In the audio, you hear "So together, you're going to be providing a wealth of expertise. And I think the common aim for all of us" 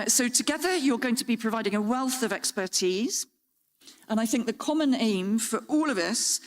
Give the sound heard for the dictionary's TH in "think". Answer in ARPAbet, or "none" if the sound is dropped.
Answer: TH